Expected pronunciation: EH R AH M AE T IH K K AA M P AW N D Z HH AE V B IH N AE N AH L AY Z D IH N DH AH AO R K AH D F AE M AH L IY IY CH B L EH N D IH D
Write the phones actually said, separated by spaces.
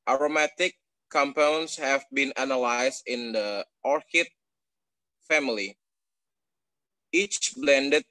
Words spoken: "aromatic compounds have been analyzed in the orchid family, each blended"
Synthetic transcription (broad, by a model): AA R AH M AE T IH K K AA M P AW N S HH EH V B IH N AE N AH L AY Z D IH N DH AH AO R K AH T F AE M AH L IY IY CH B L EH N D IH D